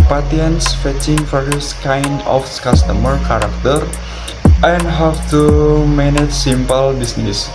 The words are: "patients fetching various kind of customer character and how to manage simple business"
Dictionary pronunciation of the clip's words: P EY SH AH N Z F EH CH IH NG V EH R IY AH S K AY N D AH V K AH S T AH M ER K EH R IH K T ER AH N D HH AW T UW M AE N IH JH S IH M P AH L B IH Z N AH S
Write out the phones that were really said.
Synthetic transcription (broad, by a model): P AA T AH N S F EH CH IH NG F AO R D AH S K AY N D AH F K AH S T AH M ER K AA R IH K T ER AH N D HH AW T UW M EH N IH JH S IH M P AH L B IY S N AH S